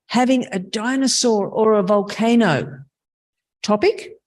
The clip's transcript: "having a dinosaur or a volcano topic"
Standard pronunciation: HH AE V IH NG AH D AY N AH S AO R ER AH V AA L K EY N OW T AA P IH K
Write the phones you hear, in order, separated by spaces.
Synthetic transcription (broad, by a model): HH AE V IH NG AH D AY N AH S AO R ER AH V AA L K EY N OW T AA P IH K